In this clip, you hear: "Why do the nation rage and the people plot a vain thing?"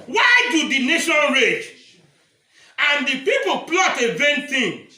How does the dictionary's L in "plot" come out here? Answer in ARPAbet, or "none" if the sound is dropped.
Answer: L